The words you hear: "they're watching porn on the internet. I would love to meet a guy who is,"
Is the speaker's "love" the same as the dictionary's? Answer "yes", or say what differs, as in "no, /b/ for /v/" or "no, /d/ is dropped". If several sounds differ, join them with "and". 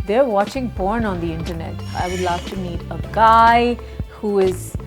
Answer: no, /f/ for /v/